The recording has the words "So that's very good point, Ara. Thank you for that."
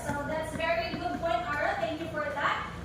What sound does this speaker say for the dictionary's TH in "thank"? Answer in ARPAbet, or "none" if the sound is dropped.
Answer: T